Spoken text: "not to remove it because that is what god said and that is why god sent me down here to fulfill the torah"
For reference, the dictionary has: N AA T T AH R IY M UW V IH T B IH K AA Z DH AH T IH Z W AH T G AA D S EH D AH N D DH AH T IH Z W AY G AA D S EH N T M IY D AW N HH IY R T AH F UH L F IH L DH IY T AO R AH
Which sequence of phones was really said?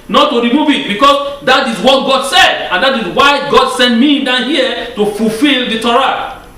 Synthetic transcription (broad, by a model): N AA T T AH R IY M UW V IH T B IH K AA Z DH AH T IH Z W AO T G AA D S EH D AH N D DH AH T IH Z W AY G AA D S EH N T M IY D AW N HH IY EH T AH F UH L F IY L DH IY T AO R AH